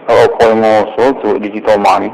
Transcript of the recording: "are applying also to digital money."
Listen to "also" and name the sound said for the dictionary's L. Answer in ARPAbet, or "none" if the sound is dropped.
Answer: none